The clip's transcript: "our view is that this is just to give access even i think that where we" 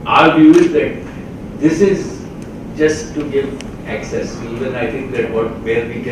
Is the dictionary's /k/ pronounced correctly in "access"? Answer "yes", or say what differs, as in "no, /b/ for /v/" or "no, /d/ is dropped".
yes